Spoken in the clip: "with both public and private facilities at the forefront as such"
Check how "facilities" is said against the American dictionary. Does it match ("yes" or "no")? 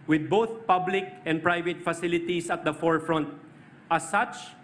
no